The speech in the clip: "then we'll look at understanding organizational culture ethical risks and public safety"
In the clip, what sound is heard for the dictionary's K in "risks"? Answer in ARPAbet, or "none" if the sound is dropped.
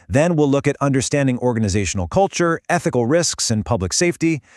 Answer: K